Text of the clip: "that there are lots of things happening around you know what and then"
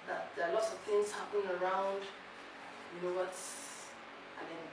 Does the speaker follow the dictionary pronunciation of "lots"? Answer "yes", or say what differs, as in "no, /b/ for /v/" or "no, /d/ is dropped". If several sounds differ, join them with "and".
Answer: yes